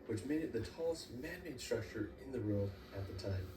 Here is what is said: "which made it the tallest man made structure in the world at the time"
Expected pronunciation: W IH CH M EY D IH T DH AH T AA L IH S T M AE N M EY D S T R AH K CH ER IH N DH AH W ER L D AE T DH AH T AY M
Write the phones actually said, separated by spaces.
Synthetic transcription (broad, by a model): W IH CH M EY D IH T DH AH T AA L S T M AE N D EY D S T R AH K CH ER IH N DH AH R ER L IH T DH AH T AY M